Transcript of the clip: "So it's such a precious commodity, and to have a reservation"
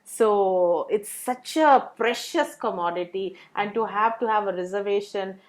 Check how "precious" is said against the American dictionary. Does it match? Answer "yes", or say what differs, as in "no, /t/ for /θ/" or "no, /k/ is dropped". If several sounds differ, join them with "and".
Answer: yes